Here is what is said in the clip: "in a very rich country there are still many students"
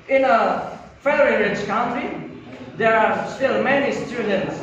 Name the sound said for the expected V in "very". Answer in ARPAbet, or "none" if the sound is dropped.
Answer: F